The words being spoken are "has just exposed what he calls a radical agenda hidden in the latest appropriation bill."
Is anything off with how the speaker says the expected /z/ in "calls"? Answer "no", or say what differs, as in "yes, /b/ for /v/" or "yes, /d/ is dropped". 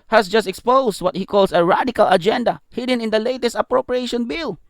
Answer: yes, /s/ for /z/